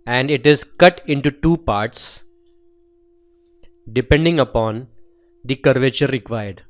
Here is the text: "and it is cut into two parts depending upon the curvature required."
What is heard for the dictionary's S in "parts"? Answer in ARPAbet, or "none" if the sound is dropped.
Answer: S